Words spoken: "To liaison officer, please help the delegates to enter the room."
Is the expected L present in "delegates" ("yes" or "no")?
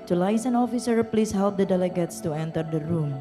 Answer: yes